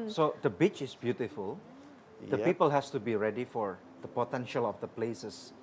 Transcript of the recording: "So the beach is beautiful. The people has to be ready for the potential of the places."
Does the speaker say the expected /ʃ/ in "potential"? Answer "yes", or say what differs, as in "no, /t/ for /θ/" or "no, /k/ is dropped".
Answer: yes